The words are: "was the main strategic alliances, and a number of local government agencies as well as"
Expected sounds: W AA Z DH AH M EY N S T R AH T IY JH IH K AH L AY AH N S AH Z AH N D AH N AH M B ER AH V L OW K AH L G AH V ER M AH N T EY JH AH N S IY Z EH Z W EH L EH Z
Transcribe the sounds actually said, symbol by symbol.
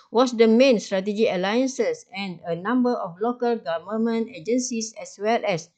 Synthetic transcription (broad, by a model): W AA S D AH M EY N S T R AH T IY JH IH AH L AY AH N S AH S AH N AH N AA M B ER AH F L OW K AH L G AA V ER M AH N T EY JH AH N S IY S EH S W EH L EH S